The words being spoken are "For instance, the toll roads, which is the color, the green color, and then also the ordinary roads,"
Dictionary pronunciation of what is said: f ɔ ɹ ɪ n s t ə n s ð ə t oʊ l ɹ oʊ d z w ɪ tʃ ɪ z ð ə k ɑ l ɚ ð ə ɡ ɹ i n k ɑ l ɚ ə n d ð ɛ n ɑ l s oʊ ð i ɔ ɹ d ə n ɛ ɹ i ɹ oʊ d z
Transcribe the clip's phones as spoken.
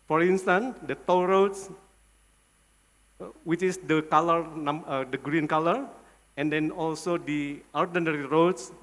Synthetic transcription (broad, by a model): f ɔ ɹ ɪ n s t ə n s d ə t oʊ w ɹ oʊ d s w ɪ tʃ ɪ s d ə k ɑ l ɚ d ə ɡ ɹ i n k ɑ l ɚ ə n d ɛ n ɑ l s oʊ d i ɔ ɹ d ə n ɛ ɹ i ɹ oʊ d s